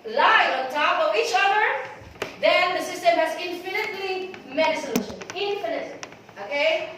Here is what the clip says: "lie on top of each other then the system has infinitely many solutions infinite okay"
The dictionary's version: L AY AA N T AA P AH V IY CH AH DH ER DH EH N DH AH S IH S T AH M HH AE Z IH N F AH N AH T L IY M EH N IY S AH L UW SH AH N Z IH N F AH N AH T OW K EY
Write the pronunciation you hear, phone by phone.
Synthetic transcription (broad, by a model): L AY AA N T AA P AH V IY CH AH DH ER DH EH N DH AH S IH S T AH M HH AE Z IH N F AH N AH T L IY M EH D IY S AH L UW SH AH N IH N F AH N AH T OW K EY